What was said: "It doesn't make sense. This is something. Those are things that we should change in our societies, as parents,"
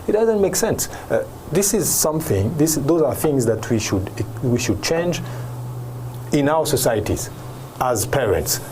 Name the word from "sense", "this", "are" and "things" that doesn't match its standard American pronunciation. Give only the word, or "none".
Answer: none